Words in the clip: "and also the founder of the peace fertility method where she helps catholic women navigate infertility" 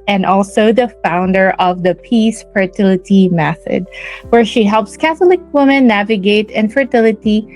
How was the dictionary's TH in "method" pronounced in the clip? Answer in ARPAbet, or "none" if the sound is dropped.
TH